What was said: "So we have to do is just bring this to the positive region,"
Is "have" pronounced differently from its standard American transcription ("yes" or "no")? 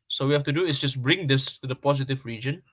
yes